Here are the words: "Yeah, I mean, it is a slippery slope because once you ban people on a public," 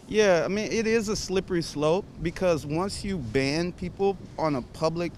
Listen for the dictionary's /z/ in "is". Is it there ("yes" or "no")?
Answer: yes